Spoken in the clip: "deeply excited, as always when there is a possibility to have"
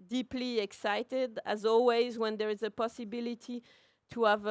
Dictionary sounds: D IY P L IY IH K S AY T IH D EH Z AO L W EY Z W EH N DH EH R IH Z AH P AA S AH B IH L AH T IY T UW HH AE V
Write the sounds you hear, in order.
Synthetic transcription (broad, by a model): D IY P L IY IH K S AY T IH D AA Z AO L W EY Z W EH N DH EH R IH Z AH P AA S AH B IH L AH T IY T UW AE V